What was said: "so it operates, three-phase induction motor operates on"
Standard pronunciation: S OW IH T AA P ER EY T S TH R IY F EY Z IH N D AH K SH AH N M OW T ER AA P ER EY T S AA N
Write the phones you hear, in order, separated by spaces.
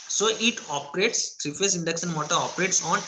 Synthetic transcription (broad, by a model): S OW IH T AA P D EY T S T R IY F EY S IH N D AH K S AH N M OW T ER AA P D EY T S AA N